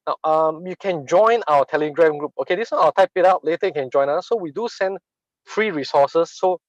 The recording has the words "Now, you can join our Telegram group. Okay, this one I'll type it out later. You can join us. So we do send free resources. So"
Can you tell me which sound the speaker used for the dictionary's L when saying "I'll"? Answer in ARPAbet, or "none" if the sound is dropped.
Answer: W